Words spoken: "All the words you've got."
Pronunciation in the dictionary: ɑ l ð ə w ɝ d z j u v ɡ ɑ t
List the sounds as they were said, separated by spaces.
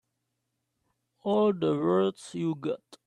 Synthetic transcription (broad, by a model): ɑ l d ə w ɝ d s j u ɡ ɑ t